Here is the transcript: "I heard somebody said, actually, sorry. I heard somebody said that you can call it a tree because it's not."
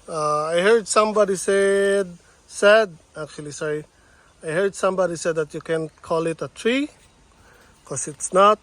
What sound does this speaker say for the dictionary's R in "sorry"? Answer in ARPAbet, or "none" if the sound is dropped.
none